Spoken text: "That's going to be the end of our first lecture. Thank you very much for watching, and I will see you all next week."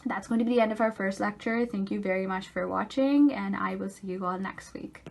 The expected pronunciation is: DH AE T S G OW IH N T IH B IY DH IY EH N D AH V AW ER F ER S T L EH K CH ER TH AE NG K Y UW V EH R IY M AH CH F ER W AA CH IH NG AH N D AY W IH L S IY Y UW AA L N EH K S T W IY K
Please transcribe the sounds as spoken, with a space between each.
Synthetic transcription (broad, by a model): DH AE T S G OW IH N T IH B IY DH IY EH N D AH V AW ER F ER S T L EH K CH ER TH AE NG K Y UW V EH R IY M AH CH F ER W AA CH IH NG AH N AY W IH L S IY Y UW AA L N EH K S T W IY K